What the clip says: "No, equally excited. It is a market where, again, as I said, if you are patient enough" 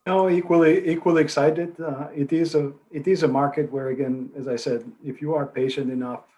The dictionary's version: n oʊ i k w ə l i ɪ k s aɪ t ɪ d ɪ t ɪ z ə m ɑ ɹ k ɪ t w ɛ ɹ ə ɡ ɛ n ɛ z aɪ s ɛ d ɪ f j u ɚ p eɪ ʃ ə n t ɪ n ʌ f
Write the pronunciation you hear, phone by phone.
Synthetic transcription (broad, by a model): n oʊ i k w ə l i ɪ k s aɪ t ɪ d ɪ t ɪ z ə m ɑ ɹ k ɪ t w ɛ ɹ ə ɡ ɛ n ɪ z aɪ s ɛ d ɪ f j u ɚ p eɪ ʃ ə n t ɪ n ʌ f